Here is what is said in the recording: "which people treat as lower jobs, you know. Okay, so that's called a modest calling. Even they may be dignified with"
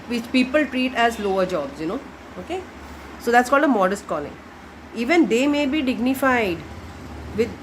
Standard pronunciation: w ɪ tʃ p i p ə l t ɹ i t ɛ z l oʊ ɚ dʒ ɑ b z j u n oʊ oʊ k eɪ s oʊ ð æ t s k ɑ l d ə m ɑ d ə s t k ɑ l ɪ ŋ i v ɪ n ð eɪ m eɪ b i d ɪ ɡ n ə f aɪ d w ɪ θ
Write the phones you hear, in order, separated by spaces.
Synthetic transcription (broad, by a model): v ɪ tʃ p i p ə l t ɹ i t ɛ z l oʊ ɚ dʒ ɑ b z j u n oʊ oʊ k eɪ s oʊ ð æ t s k ɑ l d ə m ɑ d ə s t k ɑ l ɪ ŋ i v ɪ n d eɪ m eɪ b i d ɪ ɡ n ə f aɪ d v ɪ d